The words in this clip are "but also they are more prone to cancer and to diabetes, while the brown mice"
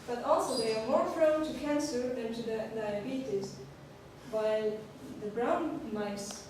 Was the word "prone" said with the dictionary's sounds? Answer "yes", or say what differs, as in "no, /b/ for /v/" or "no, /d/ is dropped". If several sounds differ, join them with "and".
no, /f/ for /p/